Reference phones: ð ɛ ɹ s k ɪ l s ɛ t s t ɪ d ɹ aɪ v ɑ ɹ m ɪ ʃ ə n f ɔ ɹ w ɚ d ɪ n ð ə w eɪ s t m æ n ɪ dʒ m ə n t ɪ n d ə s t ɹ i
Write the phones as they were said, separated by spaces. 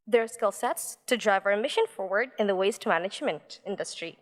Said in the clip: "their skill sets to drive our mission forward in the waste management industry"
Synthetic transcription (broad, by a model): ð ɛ ɹ s k ɪ l s ɛ t s t ɪ d ɹ aɪ v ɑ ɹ m ɪ ʃ ə n f ɔ ɹ w ɚ d ɪ n ð ə w eɪ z t m æ n ɪ dʒ m ə n t ɪ n d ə s t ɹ i